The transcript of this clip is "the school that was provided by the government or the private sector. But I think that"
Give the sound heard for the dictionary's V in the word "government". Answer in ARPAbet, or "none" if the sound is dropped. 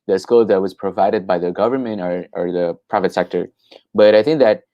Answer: V